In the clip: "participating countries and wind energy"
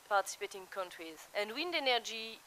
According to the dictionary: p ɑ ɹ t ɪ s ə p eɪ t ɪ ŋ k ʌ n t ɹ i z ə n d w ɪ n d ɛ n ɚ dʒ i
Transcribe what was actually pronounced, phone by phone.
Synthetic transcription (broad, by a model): p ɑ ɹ t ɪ s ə p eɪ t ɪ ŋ k ʌ n t ɹ i z ə n d w ɪ n d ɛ n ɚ dʒ i